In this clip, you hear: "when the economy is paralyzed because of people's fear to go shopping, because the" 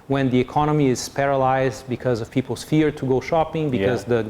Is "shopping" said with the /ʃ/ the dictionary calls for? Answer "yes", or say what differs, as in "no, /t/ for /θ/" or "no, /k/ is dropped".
yes